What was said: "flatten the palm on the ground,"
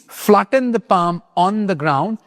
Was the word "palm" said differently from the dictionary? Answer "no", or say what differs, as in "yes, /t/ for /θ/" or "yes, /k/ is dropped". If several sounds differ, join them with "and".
no